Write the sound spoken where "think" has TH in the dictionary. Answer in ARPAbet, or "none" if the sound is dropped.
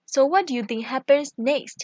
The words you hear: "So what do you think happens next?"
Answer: T